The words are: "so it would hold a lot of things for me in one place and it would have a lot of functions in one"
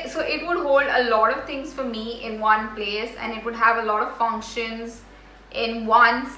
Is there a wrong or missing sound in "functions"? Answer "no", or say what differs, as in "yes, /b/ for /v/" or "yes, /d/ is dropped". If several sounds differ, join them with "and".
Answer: no